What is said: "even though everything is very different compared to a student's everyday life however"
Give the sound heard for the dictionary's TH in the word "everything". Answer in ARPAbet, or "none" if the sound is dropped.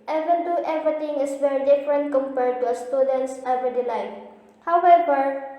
T